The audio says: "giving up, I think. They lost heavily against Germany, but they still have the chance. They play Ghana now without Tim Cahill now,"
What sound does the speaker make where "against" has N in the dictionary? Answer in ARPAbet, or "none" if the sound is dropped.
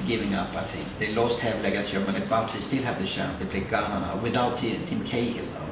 none